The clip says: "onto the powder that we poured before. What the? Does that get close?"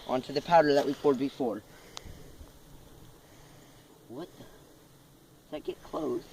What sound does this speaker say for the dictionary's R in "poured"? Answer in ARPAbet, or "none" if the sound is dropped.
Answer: L